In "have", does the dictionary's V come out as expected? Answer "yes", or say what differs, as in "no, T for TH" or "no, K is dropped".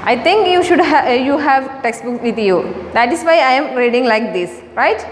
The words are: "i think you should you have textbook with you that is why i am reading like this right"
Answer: yes